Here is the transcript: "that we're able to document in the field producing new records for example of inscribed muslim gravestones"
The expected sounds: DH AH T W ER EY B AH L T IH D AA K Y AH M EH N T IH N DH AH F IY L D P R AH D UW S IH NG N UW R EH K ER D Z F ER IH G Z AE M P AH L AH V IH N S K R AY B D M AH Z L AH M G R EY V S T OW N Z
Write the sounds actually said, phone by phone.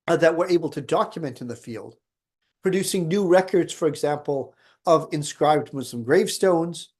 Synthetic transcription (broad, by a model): DH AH T W ER EY B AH L T IH D AA K Y AH M EH N T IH N DH AH F IY L D P R AH D UW S IH NG N UW R EH K ER D Z F ER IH G Z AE M P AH L AH V IH N S K R AY B D M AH Z L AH M G R EY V S T OW N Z